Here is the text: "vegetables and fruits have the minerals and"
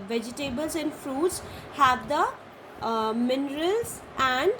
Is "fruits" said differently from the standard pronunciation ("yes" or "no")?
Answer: no